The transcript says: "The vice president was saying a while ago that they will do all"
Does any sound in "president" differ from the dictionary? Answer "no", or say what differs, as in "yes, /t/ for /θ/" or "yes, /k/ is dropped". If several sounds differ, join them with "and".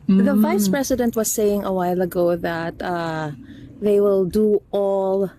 yes, /s/ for /z/